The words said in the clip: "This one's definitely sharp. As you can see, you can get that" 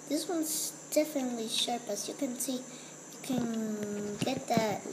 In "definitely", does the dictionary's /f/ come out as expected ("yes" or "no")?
yes